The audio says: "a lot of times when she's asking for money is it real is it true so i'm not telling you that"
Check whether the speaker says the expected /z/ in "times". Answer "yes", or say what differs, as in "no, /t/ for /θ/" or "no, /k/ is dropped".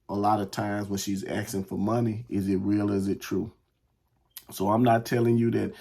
yes